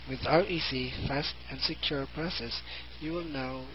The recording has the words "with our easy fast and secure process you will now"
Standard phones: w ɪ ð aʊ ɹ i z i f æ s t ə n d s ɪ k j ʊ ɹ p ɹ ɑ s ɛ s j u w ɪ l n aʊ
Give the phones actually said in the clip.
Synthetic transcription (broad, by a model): w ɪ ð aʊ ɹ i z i f æ s t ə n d s ɪ k j ʊ ɹ p ɹ ɑ s ɛ s j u w ɪ l n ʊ